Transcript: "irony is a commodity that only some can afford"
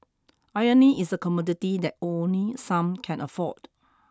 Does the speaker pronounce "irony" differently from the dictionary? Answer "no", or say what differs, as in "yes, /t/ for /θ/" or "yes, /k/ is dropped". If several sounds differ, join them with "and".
yes, /ɹ/ is dropped